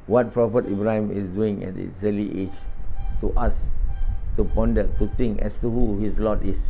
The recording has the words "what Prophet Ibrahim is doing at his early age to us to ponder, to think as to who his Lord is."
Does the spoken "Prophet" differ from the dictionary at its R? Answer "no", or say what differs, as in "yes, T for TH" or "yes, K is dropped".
no